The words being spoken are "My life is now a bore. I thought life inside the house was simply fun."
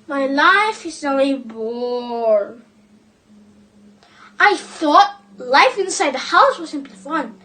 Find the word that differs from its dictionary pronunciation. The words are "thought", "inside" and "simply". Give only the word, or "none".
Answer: none